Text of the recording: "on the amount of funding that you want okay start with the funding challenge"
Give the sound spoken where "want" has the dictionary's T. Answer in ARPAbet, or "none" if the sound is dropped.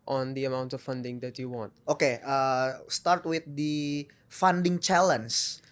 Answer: T